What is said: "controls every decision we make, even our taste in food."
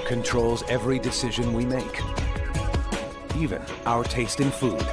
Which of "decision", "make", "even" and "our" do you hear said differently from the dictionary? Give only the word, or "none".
none